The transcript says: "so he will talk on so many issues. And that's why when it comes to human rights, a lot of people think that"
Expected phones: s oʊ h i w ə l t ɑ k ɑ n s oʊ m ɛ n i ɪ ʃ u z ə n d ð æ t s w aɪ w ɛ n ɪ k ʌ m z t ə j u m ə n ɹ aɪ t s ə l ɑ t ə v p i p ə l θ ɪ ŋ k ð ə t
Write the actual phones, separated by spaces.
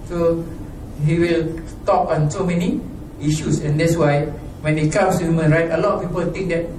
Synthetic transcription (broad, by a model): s oʊ h i w ə l t ɑ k ɑ n s oʊ m ɛ n i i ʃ u s ə n d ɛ t s w aɪ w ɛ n ɪ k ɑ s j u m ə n ɹ aɪ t ə l ɑ t p i p ə l t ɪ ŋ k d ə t